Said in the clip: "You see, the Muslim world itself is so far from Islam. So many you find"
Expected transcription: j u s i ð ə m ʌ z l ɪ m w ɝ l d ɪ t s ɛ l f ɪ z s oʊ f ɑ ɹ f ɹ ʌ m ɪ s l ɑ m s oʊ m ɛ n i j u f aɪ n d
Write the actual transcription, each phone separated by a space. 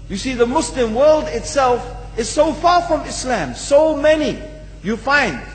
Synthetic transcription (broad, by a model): j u s i ð ə m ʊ s l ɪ m w ɝ l d ɪ t s ɛ l f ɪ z s oʊ f ɑ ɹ f ɹ ʌ m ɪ s l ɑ m s oʊ m ɛ n i j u f aɪ n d